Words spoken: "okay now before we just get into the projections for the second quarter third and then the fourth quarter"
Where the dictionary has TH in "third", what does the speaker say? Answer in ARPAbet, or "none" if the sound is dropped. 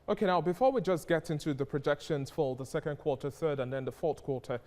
TH